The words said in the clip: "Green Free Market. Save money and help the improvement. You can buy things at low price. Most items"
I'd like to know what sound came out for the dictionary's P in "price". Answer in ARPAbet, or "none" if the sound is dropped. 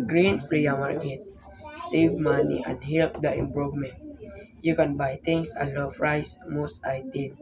F